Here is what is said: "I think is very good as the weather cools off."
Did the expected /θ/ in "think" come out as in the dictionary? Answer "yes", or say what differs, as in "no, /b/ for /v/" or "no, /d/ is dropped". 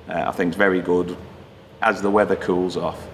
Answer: yes